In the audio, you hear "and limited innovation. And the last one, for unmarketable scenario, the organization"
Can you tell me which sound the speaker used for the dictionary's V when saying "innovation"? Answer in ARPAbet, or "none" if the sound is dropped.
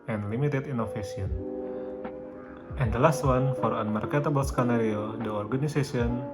F